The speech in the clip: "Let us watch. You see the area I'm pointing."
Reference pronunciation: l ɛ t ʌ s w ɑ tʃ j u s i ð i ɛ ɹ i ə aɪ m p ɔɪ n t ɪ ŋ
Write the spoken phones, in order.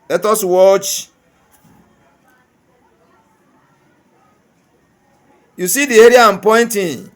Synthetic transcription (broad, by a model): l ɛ t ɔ s w ɑ tʃ j u s i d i ɛ ɹ i ə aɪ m p ɔɪ n t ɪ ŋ